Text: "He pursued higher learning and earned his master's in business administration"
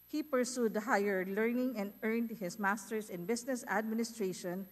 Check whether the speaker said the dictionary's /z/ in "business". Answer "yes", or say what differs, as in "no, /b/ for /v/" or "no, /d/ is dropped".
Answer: no, /s/ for /z/